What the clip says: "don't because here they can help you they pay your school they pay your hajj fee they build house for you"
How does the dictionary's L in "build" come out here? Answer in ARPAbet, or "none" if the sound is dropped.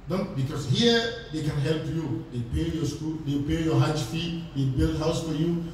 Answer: L